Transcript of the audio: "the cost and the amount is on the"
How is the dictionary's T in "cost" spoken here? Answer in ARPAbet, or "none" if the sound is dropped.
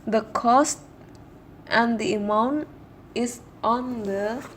T